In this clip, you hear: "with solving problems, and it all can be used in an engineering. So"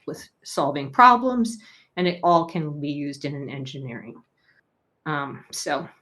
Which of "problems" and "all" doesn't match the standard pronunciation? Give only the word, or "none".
none